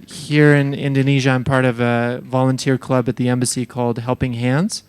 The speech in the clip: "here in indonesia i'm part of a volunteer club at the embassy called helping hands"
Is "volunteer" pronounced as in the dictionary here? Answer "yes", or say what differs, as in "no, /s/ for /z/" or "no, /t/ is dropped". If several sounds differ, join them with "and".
yes